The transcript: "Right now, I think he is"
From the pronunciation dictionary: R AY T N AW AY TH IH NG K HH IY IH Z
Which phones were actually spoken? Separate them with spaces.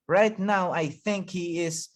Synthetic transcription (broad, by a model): R AY T N AW AY TH IH NG K HH IY IH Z